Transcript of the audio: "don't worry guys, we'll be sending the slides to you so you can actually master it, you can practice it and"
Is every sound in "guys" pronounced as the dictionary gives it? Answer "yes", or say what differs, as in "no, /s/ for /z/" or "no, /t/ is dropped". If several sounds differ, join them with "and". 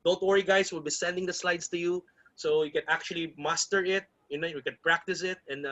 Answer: no, /s/ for /z/